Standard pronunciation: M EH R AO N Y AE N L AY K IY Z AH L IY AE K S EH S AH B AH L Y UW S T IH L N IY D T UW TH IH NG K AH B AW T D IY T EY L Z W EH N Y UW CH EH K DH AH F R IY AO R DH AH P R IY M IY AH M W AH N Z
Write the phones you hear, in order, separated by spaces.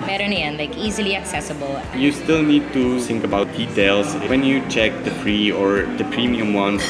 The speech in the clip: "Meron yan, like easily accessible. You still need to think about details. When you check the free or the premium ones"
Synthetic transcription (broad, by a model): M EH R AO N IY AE N L AY K IY Z AH L IY AE K S EH S AH B AH L Y UW S T IH L N IY D T UW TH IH NG K AH B AW T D IY T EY L S W EH N Y UW CH EH K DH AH P R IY AO R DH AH P R IY M IY AH M W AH N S